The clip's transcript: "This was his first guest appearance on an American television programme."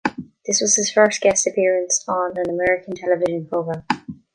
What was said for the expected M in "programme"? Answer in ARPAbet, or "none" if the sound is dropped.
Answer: none